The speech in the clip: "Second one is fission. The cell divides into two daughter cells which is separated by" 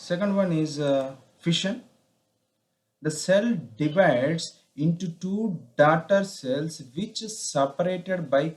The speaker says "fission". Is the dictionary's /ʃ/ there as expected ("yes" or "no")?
yes